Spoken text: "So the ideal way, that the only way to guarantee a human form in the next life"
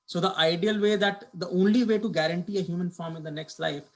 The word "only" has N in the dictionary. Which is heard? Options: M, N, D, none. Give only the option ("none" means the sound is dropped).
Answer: N